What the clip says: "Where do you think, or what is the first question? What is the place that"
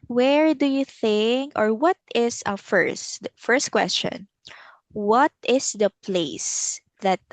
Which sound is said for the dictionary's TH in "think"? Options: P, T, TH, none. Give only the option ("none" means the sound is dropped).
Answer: TH